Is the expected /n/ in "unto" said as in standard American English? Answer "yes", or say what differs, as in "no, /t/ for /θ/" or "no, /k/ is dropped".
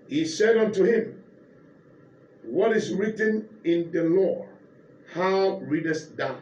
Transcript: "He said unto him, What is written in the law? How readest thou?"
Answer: yes